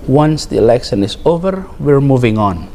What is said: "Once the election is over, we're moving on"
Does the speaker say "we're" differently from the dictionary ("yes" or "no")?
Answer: no